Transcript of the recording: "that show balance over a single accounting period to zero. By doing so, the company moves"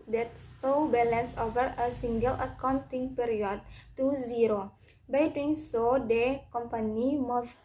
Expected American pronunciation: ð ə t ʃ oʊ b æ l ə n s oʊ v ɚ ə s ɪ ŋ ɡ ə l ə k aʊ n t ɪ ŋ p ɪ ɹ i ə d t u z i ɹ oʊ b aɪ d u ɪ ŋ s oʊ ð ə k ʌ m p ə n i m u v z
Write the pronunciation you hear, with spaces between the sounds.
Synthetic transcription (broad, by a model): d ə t s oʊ b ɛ l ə n s oʊ v ɚ ə s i ŋ ɡ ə l ə k aʊ n t ɪ ŋ p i ɹ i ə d t u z i ɹ oʊ b aɪ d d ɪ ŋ s oʊ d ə k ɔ m p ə n i m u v